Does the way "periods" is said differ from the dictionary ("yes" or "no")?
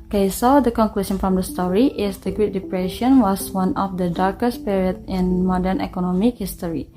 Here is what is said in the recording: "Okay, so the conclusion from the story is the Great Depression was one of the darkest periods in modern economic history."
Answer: yes